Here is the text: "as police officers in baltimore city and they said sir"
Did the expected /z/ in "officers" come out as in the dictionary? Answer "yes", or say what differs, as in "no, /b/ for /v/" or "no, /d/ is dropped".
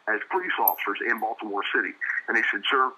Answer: yes